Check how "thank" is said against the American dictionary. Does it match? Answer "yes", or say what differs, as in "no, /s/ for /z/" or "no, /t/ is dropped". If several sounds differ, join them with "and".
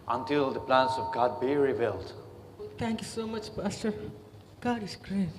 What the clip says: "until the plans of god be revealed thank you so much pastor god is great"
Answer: no, /t/ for /θ/